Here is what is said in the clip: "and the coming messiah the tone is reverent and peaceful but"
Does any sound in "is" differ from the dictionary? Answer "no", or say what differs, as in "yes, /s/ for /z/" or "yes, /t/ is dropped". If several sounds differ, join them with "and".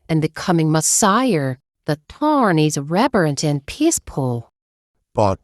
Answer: no